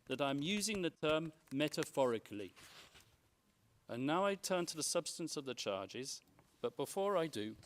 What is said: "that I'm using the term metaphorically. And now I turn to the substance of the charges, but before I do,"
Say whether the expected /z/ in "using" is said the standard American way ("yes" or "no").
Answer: yes